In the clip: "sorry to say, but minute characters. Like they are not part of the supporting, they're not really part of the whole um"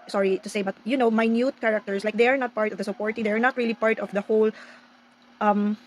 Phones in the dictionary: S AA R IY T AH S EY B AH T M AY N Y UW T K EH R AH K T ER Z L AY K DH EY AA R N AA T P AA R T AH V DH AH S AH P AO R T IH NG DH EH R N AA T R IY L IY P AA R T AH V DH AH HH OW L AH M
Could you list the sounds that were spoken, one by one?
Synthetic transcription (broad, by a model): S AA R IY T AH S EY B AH T M AY N Y UW T K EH R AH K T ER S L AY K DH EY AA R N AA T P AA R T AH V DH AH S AH P AO R T IH NG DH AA R N AA T R IY L IY P AA R T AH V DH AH HH OW L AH M